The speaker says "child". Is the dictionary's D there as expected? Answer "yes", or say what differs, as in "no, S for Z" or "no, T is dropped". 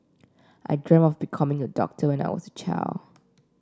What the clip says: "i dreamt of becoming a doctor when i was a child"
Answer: no, D is dropped